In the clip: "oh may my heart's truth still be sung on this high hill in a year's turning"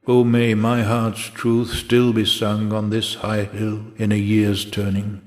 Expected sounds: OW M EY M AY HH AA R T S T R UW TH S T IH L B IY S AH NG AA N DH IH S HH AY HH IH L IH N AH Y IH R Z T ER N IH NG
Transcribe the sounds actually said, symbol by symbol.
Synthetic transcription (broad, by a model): OW M EY M AY HH AA R T S T R UW TH S T IH L B IY S AH NG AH N DH IH S HH AY HH IH L IH N AH Y IH R Z T ER N IH NG